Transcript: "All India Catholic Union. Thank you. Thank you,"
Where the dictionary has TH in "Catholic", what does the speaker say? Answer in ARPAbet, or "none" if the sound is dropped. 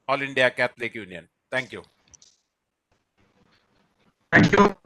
T